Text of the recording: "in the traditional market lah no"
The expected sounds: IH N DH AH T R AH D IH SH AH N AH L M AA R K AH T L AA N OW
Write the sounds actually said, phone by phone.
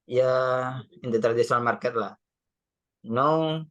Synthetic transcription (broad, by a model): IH N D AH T R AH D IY S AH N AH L M AA R K AH T L AA N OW